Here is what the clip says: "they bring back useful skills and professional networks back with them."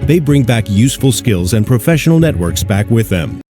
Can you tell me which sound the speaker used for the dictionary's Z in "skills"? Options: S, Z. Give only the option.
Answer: Z